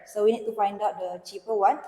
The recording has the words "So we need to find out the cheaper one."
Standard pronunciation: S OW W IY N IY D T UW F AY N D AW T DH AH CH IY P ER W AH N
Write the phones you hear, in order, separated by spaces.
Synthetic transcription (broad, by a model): S OW W IY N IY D T UW F AY N D AW T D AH CH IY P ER W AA N